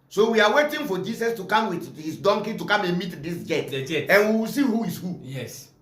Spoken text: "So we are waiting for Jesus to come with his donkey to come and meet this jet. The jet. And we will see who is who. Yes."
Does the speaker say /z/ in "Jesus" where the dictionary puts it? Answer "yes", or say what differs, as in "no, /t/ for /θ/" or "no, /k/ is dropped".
no, /s/ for /z/